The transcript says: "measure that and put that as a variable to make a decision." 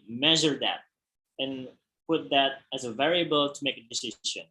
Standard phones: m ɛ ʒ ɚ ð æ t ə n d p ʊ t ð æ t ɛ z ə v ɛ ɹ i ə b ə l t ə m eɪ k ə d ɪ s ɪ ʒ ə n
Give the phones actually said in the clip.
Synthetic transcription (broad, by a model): m ɛ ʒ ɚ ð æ t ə n p ʊ t ð æ t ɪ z ə v ɛ ɹ i ə b ə l t ə m eɪ k ə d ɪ s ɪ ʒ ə n